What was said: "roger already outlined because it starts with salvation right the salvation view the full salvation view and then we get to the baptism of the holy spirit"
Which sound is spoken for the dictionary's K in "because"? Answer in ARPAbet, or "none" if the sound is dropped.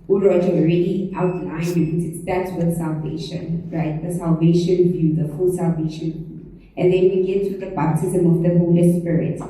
none